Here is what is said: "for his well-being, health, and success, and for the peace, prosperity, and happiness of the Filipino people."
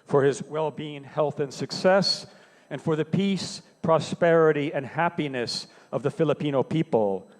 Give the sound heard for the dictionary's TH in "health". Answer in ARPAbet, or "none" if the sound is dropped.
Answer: TH